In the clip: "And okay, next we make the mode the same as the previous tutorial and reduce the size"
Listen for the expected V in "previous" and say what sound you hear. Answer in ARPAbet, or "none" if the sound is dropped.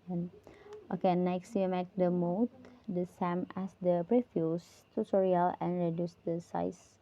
F